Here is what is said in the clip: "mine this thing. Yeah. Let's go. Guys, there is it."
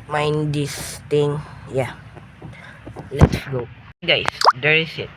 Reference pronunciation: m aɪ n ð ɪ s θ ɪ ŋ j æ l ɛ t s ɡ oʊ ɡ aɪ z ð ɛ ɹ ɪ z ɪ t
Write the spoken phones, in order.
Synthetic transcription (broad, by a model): m aɪ n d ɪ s t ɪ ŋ j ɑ l ɛ t s ɡ oʊ ɡ aɪ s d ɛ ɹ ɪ s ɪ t